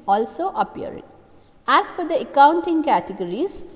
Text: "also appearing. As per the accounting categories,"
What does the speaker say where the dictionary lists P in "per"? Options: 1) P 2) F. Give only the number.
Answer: 2